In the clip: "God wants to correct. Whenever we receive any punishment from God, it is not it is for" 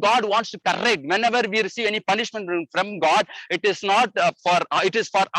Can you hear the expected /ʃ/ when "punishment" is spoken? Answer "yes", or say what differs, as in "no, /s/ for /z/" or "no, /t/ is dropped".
yes